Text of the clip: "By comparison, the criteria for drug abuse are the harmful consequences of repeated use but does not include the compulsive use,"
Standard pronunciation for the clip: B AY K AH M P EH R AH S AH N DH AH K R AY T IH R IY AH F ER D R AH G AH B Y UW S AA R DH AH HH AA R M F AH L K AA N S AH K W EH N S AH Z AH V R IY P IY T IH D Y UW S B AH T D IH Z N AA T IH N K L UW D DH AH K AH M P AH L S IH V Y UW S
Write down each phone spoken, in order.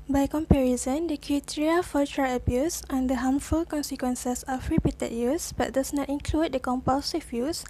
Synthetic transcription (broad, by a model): B AY K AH M P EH R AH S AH N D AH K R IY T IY R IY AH F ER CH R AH AH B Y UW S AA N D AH HH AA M F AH L K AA N S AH K W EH N S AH S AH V R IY P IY T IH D Y UW S B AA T D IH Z N AA T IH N K L UW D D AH K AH M P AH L S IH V Y UW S